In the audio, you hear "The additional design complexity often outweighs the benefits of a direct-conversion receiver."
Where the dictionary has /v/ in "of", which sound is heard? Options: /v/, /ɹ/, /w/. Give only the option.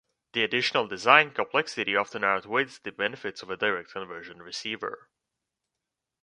/v/